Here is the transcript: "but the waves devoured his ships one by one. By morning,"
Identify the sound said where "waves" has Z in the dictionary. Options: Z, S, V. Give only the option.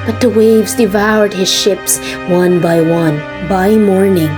Z